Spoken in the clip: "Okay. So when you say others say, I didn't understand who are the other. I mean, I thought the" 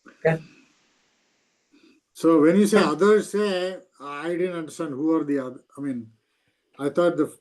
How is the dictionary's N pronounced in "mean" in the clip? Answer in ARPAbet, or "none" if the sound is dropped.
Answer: N